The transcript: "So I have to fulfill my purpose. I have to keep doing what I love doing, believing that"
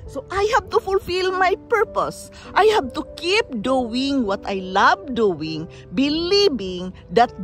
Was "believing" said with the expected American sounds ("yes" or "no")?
no